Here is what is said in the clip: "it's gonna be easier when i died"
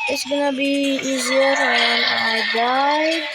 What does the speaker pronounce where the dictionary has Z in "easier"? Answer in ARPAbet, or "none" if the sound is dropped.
Z